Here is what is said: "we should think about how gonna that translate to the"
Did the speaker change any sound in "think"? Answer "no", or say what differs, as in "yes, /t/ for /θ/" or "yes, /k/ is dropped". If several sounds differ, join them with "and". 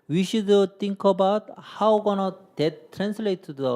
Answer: yes, /t/ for /θ/